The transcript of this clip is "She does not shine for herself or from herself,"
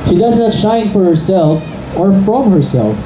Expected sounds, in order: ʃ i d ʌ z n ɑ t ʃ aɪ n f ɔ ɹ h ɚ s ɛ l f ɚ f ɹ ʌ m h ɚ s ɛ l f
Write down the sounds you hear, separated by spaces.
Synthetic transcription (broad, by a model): ʃ i d ʌ z n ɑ t ʃ aɪ n f ɔ ɹ h ɚ s ɛ l f ɚ f ɹ ʌ m h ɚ s ɛ l f